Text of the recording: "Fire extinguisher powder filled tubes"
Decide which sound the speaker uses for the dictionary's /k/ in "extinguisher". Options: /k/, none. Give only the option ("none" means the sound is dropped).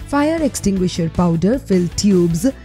/k/